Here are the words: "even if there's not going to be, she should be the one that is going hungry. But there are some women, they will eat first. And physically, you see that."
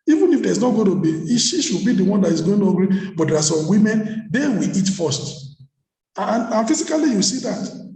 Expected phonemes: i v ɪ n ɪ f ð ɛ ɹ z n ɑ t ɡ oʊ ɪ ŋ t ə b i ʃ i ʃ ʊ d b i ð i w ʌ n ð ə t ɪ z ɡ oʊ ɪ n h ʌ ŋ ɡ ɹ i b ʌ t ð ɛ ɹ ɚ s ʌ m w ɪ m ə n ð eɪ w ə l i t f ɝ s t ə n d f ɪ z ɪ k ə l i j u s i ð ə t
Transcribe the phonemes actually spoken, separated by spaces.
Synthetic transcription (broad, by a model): i v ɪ n ɪ f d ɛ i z n ɑ t ɡ oʊ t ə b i ʃ i ʃ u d b i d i w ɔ n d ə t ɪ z ɡ oʊ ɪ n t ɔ ɡ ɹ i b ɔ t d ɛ ɹ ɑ s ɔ m w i m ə n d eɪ w ə l i t f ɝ s t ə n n f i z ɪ k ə l i j u s i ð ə t